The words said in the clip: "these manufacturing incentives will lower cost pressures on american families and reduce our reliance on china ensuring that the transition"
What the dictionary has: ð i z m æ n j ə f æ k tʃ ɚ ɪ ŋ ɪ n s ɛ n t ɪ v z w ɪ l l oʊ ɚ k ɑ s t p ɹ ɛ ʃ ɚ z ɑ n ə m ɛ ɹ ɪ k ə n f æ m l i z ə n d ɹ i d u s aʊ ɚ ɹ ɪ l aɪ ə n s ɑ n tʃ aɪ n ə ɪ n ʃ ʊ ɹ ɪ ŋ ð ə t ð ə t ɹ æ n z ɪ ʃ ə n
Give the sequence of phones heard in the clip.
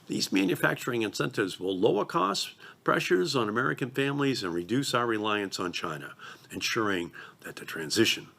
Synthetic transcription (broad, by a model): ð i z m æ n j ə f æ k tʃ ɚ ɪ ŋ ɪ n s ɛ n t ɪ v z w ɪ l l oʊ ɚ k ɑ s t p ɹ ɛ ʃ ɚ z n ə m ɛ ɹ ɪ k ə n f æ m l i z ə n ɹ i d u s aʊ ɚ ɹ ɪ l aɪ ə n s n tʃ aɪ n ə ɪ n ʃ ʊ ɹ ɪ ŋ ð ə t ð ə t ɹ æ n z ɪ ʃ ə n